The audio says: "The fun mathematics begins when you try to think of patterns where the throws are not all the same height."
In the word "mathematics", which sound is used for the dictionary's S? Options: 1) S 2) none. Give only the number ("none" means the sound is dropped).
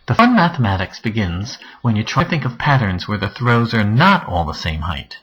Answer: 1